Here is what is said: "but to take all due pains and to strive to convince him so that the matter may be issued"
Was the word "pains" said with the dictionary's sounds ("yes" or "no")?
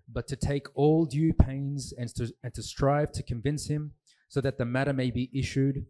yes